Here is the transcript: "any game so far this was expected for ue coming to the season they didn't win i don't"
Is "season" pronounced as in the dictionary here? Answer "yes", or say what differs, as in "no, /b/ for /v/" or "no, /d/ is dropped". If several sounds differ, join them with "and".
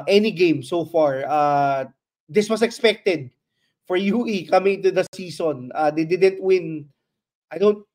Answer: no, /s/ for /z/